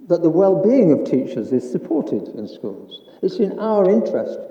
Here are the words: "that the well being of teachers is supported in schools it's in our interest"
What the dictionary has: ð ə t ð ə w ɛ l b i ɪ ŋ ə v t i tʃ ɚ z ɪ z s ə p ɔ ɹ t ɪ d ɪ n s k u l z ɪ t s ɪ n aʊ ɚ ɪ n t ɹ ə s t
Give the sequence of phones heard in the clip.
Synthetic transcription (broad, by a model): ð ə t ð ə w ɛ l b i ɪ ŋ ə v t i tʃ ɚ z ɪ z s ə p ɔ ɹ t ɪ d ɪ n s k u l z ɪ t s ɪ n aʊ ɚ ɪ n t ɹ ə s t